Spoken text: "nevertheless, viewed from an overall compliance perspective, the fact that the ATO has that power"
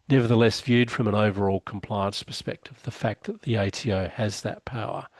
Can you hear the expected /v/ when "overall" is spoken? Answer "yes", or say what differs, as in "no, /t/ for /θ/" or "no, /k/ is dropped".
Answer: yes